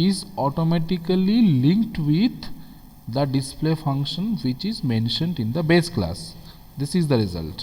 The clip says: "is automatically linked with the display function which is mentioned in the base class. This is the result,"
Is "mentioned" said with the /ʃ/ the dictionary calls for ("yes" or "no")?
yes